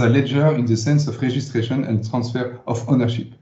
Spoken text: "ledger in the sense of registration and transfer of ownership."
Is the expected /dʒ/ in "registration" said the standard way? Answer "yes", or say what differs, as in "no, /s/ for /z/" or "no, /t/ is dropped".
no, /ʒ/ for /dʒ/